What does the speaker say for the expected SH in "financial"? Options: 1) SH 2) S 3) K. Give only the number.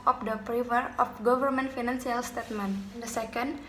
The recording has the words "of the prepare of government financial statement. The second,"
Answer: 2